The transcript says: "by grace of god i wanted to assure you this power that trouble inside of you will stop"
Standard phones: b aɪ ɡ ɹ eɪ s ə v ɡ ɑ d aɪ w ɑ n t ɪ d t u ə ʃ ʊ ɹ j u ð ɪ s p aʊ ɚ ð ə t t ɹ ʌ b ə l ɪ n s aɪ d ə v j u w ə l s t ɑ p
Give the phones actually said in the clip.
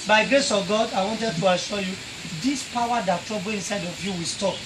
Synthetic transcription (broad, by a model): b aɪ ɡ ɹ eɪ s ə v ɡ ɑ d aɪ w ɑ n t ɪ d t u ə ʃ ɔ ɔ j u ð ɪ s p aʊ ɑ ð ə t t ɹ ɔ b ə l ɪ n s aɪ d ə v j u w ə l s t ɑ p